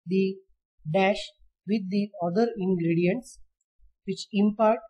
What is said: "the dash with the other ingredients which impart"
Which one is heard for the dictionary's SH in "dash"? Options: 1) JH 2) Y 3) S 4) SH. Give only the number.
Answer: 4